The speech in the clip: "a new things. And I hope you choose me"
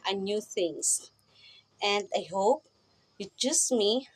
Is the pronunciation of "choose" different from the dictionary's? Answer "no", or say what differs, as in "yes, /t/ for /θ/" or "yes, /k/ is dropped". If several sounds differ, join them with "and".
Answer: yes, /s/ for /z/